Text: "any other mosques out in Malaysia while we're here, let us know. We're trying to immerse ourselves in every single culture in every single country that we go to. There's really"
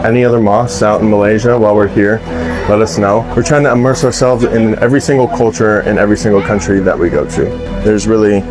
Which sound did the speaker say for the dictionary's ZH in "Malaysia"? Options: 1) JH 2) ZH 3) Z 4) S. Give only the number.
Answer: 2